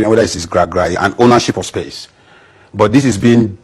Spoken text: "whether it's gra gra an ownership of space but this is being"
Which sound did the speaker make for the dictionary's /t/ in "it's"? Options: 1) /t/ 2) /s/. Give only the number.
2